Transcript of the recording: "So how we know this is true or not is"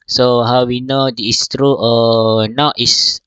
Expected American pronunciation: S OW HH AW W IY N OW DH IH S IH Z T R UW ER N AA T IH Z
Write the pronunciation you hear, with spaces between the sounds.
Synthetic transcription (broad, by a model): S OW HH AW W IY N OW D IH IH S T R UW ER N AA T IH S